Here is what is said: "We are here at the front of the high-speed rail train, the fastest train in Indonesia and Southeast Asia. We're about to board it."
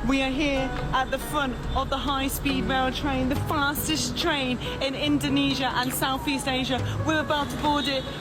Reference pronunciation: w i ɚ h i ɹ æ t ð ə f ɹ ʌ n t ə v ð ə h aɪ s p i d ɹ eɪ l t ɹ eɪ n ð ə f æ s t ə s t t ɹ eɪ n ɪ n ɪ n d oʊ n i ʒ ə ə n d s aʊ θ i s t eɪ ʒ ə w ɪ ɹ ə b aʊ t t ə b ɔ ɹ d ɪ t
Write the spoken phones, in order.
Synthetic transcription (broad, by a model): w i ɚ h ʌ ɹ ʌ t ð ə f ɹ ʌ n t ə v ð ə h aɪ s p i d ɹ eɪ l t ɹ eɪ n ð ə f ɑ s t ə s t t ɹ eɪ n ɪ n ɪ n d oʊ n i ʒ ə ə n s aʊ θ i s t eɪ ʒ ə w ɪ ɹ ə b aʊ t t ə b ɔ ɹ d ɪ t